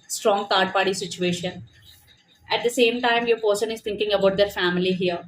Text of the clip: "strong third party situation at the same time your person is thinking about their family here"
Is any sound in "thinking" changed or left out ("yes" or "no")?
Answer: yes